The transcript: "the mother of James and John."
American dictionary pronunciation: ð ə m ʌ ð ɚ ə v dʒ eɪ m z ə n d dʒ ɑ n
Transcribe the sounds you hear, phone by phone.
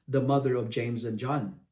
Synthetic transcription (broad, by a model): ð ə m ʌ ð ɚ ə v dʒ eɪ m z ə n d dʒ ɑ n